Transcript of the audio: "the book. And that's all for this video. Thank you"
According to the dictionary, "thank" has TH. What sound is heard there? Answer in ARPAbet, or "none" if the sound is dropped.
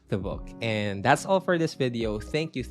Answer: TH